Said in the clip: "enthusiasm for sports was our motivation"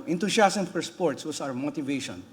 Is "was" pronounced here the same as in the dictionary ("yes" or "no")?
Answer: no